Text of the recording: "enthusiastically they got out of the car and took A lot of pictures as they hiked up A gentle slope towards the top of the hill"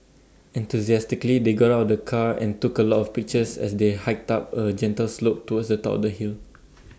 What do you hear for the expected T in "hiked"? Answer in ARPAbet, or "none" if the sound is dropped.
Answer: T